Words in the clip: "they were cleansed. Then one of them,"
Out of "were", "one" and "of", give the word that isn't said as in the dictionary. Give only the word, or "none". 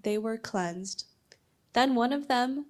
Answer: none